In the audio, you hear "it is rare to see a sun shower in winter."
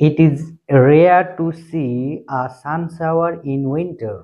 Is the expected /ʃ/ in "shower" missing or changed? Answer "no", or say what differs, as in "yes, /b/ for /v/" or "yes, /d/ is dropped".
yes, /s/ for /ʃ/